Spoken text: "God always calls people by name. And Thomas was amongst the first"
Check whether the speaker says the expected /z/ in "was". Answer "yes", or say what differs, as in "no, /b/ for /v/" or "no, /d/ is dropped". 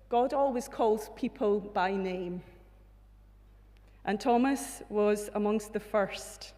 yes